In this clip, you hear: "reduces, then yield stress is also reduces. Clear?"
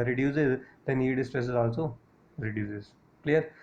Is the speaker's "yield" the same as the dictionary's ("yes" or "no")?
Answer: no